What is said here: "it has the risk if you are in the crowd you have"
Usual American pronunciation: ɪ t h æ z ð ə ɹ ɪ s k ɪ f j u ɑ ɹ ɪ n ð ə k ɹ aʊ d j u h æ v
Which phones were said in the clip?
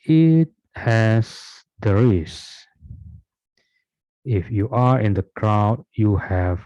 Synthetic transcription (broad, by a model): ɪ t h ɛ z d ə ɹ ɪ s ɪ f j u ɑ ɹ ɪ n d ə k ɹ aʊ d j u h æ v